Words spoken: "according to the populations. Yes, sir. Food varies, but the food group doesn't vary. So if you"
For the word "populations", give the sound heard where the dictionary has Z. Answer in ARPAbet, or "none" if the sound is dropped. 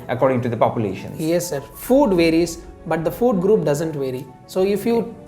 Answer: none